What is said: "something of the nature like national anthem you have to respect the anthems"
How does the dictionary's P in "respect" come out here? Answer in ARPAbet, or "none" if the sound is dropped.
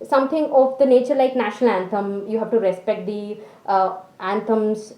P